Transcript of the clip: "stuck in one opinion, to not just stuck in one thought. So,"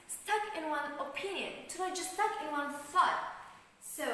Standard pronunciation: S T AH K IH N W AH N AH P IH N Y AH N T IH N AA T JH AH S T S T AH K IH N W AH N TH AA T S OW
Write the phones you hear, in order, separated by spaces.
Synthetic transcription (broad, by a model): S T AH K IH N W AH N AH P IH N Y AH N T IH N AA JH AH S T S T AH K IH N W AH N S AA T S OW